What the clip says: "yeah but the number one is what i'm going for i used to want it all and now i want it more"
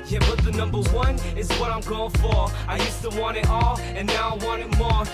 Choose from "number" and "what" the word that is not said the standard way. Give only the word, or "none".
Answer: none